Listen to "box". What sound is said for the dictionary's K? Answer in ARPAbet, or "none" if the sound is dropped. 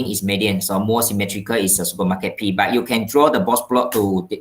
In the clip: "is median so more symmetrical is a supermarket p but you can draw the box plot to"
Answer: none